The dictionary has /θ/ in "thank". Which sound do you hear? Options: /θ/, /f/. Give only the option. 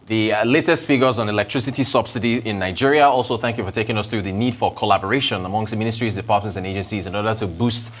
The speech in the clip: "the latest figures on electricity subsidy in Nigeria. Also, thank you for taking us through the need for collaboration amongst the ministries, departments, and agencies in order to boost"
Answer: /θ/